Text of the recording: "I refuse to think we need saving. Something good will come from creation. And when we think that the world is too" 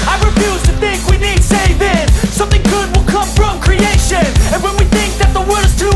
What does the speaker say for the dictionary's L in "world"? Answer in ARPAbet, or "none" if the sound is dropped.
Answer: none